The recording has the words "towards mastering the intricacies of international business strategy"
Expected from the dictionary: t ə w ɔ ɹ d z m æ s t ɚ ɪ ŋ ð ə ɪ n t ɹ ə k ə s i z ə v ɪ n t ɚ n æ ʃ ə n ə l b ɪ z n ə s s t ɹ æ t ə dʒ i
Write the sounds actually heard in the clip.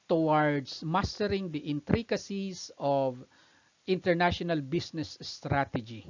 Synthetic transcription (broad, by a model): t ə w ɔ ɹ d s m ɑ s t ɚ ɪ ŋ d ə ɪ n t ɹ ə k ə s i s ə v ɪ n t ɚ n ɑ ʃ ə n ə l b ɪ s n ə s s t ɹ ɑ t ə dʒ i